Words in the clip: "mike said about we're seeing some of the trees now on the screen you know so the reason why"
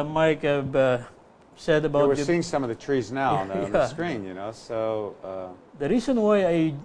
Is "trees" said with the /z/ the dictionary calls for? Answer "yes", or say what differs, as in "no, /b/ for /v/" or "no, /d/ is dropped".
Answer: yes